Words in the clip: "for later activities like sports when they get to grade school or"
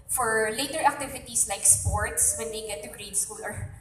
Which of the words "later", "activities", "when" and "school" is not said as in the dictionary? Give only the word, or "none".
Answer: activities